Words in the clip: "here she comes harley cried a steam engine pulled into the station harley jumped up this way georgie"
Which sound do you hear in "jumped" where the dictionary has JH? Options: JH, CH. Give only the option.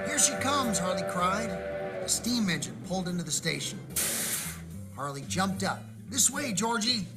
JH